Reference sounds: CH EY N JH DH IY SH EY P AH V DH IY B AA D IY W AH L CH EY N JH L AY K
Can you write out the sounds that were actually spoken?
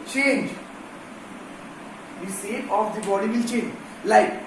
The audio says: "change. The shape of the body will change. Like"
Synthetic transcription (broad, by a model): CH EY N JH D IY S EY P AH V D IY B AA D IY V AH L CH EY N JH L AY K